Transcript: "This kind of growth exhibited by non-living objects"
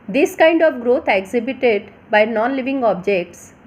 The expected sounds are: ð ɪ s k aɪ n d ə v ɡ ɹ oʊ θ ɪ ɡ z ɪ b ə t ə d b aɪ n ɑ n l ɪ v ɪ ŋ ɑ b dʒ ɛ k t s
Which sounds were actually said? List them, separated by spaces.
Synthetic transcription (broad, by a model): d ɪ s k aɪ n d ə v ɡ ɹ oʊ t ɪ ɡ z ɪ b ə t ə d b aɪ n ɑ n l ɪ v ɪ ŋ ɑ b dʒ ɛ k t s